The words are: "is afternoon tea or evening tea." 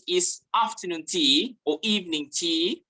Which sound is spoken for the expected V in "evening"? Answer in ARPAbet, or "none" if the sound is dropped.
V